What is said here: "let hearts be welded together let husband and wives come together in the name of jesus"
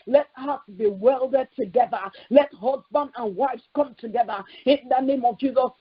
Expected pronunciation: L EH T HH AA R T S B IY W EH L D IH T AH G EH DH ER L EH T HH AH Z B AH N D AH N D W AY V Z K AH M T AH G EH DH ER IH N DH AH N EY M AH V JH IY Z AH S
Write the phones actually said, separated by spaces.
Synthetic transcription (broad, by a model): L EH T HH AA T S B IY W EH L D IH T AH G EH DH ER L EH T HH AH Z B AH N D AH N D W AY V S K AH M T AH G EH DH ER IH N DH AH N EY M AH V JH IY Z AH S